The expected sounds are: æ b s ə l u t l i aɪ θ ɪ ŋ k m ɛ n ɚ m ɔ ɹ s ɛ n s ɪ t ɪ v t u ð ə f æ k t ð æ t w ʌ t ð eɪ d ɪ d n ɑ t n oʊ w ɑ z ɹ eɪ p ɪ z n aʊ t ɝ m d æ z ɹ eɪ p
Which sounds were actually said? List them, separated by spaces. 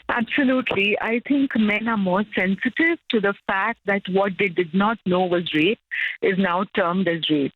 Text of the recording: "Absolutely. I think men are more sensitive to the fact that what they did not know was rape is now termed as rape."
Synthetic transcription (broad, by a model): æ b s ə l u t l i aɪ t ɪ ŋ k m ɛ n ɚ m ɔ ɹ s ɛ n s ɪ t ɪ v t u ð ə f æ k t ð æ t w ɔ t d eɪ d ɪ d n ɑ t n oʊ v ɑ z ɹ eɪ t ɪ z n aʊ t ɝ m d æ z ɹ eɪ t